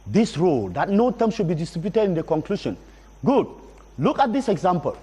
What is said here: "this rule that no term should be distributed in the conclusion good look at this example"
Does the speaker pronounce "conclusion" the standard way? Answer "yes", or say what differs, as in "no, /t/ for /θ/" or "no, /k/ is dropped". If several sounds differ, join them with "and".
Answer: no, /ʃ/ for /ʒ/